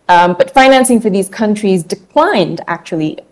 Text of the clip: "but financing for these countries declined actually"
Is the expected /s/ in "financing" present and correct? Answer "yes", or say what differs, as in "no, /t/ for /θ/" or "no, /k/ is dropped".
yes